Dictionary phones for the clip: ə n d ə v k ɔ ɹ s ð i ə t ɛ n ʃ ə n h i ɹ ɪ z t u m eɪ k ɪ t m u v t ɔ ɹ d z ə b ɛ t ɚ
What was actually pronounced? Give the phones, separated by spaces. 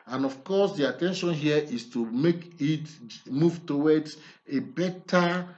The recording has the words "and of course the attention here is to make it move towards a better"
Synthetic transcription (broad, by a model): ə n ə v k ɔ s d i ə t ɛ n ʃ ə n h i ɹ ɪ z t u m eɪ k ɪ t m u v t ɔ w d ə b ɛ t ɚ